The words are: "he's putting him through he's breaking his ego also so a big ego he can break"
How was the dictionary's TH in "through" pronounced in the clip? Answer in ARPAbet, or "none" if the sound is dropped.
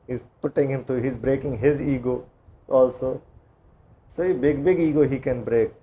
T